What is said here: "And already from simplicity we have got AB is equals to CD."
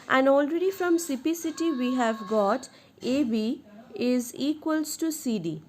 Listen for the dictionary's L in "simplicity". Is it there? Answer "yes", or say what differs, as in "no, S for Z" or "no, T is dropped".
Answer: no, L is dropped